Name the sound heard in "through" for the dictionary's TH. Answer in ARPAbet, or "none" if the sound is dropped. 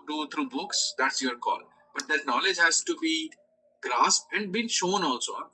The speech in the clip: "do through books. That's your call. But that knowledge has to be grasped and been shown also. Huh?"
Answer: T